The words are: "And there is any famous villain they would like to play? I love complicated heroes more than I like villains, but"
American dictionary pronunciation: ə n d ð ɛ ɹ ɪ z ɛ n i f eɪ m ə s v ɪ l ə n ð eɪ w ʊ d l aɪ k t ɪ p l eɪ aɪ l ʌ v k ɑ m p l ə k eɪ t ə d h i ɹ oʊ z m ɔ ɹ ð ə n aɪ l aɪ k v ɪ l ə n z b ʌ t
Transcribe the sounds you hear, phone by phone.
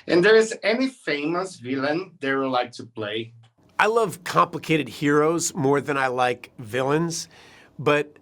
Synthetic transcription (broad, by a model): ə n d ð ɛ ɹ ɪ z ɛ n i f eɪ m ə s v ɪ l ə n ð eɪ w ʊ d l aɪ k t ɪ p l eɪ aɪ l ʌ v k ɑ m p l ə k eɪ t ə d h i ɹ oʊ z m ɔ ɹ ð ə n aɪ l aɪ k v ɪ l ə n z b ʌ t